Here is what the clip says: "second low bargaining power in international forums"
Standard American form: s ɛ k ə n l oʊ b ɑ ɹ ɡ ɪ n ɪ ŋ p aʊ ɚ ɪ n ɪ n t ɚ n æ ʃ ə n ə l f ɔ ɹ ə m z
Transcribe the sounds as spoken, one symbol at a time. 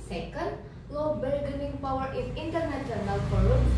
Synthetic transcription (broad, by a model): s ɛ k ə n l oʊ b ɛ l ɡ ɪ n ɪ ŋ p aʊ ɚ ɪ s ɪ n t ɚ n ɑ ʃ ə n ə l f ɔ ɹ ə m